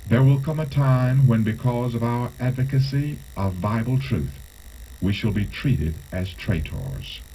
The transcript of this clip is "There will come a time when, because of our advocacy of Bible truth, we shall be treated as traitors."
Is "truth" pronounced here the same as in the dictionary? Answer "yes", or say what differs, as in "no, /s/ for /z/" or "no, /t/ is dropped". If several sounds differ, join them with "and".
yes